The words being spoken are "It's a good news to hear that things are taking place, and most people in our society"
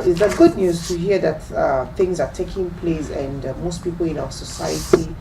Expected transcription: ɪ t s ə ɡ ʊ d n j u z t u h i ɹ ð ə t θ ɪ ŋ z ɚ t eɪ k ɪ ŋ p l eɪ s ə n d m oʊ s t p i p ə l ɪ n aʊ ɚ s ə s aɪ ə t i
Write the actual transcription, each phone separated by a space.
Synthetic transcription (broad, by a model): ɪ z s ə ɡ ʊ d n j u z t u h i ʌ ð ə t θ ɪ ŋ z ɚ t eɪ k ɪ ŋ p l eɪ s ə n d m oʊ s t p i p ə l ɪ n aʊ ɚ s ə s aɪ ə t i